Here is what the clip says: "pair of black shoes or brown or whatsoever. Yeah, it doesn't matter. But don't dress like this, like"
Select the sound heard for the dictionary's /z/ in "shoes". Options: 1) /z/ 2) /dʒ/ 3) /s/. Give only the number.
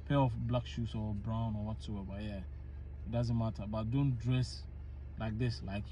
3